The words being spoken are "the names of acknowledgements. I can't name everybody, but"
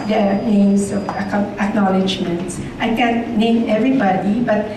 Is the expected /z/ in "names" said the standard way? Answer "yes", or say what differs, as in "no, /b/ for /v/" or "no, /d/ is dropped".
no, /s/ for /z/